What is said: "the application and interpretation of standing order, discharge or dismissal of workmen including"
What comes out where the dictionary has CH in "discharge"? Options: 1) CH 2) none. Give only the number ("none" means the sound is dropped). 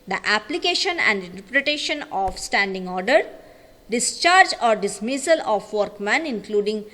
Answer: 1